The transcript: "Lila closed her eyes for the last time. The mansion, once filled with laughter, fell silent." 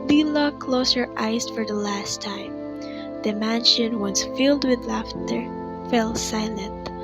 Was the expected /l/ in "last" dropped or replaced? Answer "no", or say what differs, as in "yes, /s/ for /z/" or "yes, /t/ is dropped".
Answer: no